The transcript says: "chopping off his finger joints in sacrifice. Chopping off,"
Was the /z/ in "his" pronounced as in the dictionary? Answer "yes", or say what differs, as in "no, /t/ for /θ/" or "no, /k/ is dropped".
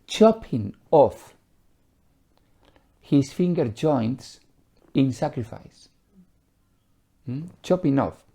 no, /s/ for /z/